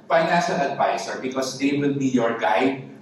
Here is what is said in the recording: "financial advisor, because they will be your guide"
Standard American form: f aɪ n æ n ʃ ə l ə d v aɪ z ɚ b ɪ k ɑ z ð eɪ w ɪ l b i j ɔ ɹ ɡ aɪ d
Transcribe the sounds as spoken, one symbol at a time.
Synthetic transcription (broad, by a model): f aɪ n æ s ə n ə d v aɪ s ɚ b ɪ k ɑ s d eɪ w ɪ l b i j ɔ ɹ ɡ aɪ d